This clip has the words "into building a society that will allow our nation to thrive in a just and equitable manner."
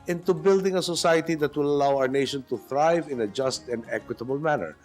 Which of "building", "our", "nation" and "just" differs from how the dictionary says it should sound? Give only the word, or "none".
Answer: none